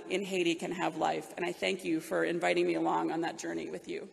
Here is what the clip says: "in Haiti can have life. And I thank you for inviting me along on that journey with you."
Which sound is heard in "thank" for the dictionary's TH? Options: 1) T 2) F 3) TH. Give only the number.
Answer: 3